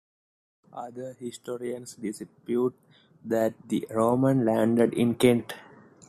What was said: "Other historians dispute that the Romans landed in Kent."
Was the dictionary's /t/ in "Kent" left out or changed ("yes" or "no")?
no